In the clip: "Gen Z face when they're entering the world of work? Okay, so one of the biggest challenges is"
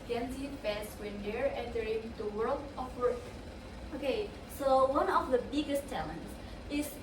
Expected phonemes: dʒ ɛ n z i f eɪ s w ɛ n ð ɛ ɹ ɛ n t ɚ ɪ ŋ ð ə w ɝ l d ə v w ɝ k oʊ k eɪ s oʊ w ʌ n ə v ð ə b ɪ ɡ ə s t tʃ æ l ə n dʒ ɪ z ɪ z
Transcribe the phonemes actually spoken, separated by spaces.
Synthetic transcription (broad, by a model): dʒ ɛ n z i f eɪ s w ɛ n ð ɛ ɹ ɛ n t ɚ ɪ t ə w ɝ l d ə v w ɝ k oʊ k eɪ s oʊ w ʌ n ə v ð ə b ɪ ɡ ə s t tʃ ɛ l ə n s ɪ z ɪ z